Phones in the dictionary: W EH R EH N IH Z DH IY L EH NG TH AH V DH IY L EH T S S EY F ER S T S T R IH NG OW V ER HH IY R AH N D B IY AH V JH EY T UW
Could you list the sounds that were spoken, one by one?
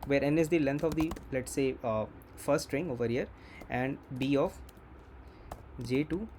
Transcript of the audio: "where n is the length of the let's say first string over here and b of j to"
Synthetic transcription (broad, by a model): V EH R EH N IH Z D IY L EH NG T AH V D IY L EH T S S EY F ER T S T R IH NG OW V ER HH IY R AH N D B IY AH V JH EY T UW